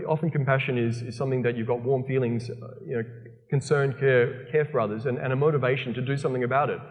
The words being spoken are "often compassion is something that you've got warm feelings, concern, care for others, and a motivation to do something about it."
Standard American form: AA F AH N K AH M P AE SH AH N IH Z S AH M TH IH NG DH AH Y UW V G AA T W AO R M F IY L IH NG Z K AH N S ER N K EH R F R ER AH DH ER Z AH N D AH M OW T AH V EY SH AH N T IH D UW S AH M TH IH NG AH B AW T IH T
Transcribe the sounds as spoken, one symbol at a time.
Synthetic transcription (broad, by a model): AA F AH N K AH M P AE SH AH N IH Z S AH M TH IH NG DH AH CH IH V G AA T W AO R M F IY L IH NG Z K AH N S ER N K EH R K R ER AH DH ER Z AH N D AH M OW T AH V EY SH N T IH D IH S AH M TH IH NG AH B AW T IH T